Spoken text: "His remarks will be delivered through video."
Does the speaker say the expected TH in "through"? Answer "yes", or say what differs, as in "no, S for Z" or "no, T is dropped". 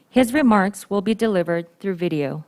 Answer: yes